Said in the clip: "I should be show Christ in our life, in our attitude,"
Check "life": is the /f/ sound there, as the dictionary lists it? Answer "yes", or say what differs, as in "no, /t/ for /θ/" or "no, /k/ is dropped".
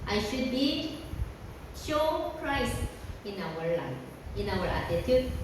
no, /f/ is dropped